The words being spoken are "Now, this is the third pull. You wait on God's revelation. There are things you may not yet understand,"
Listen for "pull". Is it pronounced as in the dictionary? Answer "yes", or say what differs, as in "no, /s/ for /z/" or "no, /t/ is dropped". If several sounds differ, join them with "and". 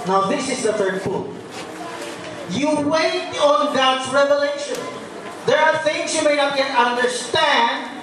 no, /f/ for /p/